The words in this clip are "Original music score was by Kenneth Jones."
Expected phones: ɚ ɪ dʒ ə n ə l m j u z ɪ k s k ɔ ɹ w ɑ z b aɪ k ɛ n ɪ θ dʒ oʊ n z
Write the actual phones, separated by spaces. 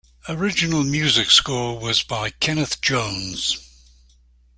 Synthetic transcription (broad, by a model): ɚ ɪ dʒ ə n ə l m j u z ɪ k s k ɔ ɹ w ɑ z b aɪ k ɛ n ɪ θ dʒ oʊ n z